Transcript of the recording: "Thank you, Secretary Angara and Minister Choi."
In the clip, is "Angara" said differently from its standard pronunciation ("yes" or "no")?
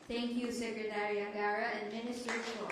yes